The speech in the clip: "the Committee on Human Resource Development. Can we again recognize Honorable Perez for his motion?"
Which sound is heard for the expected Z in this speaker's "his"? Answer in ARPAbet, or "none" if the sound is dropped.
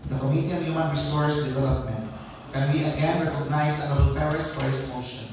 S